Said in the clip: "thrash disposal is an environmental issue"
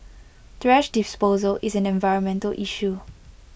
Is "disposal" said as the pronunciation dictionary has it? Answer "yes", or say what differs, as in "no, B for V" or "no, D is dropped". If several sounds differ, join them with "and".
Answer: yes